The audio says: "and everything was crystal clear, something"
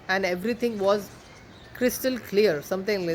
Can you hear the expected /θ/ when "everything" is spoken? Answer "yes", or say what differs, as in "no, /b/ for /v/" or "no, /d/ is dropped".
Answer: no, /t/ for /θ/